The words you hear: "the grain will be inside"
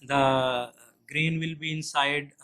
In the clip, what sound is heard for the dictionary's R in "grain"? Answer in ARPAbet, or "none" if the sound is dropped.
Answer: R